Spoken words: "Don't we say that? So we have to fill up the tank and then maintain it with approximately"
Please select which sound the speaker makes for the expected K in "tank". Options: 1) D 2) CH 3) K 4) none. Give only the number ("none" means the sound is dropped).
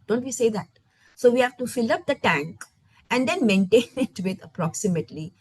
3